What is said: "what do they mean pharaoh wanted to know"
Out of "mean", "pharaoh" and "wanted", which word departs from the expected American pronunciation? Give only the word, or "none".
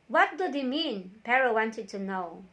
pharaoh